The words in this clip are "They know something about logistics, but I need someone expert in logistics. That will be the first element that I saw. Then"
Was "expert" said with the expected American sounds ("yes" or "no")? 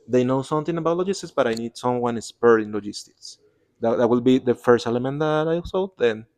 no